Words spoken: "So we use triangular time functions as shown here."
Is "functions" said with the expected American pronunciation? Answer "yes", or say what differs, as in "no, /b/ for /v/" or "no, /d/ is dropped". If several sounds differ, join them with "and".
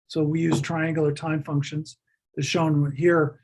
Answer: yes